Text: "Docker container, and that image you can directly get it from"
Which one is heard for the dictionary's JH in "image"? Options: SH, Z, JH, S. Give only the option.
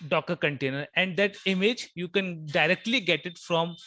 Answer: JH